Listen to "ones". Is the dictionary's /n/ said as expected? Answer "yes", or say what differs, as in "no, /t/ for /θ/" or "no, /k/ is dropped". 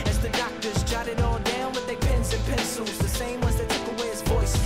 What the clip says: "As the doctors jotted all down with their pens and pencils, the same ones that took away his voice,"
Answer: no, /n/ is dropped